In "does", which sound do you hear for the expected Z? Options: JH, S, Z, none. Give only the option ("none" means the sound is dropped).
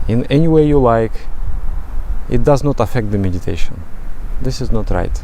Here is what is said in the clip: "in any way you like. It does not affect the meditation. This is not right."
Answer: Z